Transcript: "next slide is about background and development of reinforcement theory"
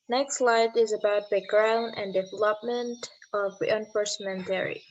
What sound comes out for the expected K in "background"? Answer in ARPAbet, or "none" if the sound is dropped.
none